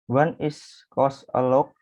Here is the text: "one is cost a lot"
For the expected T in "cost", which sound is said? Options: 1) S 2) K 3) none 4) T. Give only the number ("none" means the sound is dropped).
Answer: 3